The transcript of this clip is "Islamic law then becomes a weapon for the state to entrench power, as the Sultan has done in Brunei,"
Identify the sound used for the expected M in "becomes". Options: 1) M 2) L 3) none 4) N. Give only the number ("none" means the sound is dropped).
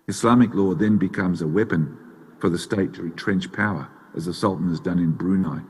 1